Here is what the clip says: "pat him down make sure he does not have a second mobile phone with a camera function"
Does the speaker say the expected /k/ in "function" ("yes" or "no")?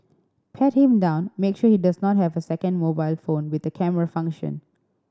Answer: yes